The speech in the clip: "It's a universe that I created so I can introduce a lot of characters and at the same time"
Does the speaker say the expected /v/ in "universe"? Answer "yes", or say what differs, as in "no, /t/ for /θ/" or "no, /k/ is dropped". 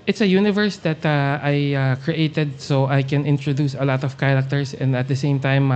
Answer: yes